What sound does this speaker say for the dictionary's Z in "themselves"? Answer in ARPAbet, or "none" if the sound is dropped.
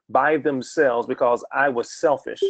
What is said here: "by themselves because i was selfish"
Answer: Z